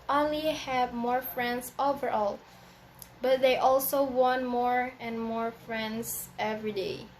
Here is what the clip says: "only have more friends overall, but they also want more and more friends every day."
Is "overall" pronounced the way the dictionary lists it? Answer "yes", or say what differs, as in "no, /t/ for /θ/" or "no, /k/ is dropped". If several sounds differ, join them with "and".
yes